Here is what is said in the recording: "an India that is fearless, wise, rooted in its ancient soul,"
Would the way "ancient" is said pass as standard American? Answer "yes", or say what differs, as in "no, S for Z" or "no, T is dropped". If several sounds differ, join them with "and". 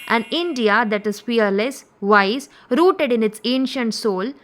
yes